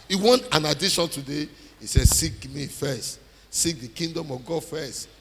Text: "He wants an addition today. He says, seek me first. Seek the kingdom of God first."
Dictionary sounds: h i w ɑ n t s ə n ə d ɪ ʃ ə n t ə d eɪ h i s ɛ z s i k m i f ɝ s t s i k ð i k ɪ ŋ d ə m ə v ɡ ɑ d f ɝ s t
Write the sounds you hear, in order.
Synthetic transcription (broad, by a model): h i w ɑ n t ə n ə d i ʃ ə n t ə d eɪ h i s ɛ s i k m i f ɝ s t s i k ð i k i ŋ d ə m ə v ɡ ɑ d f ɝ s t